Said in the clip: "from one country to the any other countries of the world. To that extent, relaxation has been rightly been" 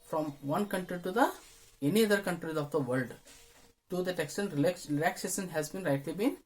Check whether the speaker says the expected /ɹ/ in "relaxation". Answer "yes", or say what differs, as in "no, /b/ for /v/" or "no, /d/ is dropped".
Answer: no, /l/ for /ɹ/